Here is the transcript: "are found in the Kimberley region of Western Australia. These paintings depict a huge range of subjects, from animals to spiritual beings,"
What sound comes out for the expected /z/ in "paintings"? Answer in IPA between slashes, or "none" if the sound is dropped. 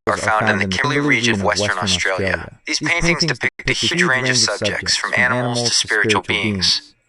/z/